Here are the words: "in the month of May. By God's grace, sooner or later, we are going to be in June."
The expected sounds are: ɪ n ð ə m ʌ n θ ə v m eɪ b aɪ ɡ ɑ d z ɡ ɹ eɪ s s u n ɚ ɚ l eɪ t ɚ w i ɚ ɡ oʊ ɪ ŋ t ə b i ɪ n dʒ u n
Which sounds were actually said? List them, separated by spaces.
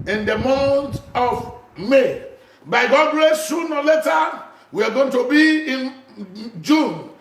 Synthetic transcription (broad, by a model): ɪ n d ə m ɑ n t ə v m eɪ b aɪ ɡ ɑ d ɡ ɹ eɪ s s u n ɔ l eɪ t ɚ w i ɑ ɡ oʊ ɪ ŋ t ə b i ɪ n dʒ u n